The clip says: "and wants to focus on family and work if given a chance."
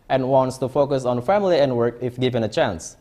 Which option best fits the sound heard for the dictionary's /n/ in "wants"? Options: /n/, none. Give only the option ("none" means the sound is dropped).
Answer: /n/